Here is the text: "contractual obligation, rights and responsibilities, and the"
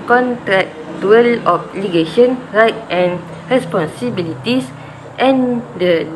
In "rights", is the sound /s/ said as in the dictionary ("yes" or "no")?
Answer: no